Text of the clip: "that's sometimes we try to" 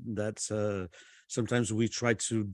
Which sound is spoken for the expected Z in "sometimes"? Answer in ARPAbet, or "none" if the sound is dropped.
Z